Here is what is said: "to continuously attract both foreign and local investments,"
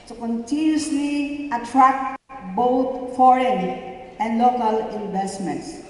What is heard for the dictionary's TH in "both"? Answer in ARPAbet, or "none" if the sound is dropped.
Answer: T